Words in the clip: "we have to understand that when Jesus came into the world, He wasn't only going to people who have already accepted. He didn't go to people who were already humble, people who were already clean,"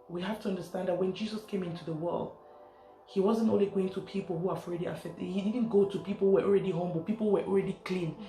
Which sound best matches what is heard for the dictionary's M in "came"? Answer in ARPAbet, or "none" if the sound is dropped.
M